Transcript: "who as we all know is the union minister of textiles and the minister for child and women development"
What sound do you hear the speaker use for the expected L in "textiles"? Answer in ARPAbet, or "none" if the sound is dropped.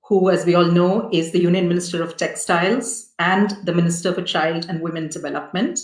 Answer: L